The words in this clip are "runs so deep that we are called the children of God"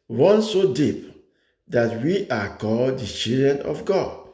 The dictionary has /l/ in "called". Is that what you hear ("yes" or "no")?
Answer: yes